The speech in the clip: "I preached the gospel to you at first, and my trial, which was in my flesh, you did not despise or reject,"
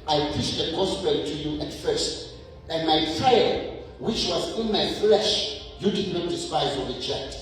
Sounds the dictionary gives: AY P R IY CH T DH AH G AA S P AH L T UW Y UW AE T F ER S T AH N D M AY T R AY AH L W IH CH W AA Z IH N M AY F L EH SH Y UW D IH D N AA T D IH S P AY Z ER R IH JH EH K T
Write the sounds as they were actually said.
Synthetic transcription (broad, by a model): AY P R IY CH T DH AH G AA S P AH T UW Y UW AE T F ER S T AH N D M AY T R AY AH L W IH CH W AA Z IH N M AY F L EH SH Y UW D IH D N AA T D IH S P AY Z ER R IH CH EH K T